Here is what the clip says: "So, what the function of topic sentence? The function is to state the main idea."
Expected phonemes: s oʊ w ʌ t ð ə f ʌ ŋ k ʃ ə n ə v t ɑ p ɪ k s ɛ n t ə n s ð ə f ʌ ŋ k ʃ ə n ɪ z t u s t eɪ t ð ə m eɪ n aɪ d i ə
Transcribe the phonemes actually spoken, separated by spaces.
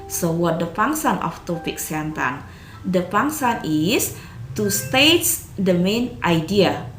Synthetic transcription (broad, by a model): s oʊ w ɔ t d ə p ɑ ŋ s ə n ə f t ɑ p ɪ k s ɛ n t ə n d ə p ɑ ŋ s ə n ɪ s t u s t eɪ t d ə m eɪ n aɪ d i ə